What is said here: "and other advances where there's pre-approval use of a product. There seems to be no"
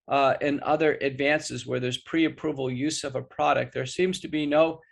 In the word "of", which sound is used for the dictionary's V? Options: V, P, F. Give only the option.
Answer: V